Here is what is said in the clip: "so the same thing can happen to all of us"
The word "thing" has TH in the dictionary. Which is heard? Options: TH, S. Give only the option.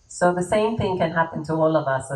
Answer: TH